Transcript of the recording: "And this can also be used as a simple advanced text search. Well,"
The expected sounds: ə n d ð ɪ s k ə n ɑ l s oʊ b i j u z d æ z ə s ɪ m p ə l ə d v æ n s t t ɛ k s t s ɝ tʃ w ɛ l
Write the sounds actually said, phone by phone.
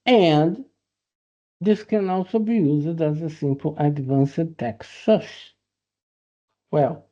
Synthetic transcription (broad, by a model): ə n d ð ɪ s k ə n ɑ l s oʊ b i j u z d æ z ə s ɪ m p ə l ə d v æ n s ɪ t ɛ k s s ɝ ʃ w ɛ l